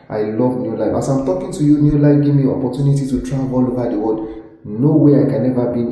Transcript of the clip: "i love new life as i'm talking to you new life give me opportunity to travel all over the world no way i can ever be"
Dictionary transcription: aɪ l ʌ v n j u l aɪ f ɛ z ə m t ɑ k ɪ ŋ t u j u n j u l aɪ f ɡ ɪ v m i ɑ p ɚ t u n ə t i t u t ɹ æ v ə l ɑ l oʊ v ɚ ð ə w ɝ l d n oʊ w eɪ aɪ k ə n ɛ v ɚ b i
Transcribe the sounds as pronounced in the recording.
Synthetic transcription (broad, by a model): aɪ l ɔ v n j u l aɪ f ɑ s ə m t ɑ k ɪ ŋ t u j u n j u l aɪ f ɡ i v m i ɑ p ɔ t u n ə t i t u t ɹ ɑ ə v ɑ l oʊ v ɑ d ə w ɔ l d n oʊ w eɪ aɪ k ə n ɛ v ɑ b i